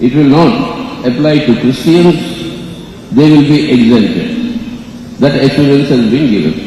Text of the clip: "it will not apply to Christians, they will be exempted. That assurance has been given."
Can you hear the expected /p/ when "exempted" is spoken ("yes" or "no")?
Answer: no